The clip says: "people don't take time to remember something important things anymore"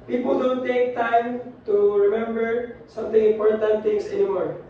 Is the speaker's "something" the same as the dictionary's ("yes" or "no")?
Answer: no